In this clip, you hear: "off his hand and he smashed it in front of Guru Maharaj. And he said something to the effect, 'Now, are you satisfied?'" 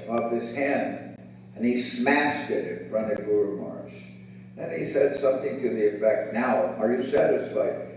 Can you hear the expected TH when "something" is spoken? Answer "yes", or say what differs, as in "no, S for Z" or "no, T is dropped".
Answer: yes